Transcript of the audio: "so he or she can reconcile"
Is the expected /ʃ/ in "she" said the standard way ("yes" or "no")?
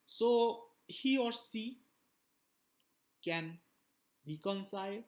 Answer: no